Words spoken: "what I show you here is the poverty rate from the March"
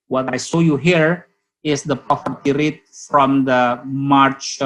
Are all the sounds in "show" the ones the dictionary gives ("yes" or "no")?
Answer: no